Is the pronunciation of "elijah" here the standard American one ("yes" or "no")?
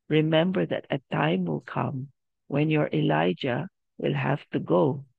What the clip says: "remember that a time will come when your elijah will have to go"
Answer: yes